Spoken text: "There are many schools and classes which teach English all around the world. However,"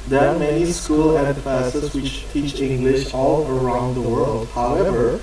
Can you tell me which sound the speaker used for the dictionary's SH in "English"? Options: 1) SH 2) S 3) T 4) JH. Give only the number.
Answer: 1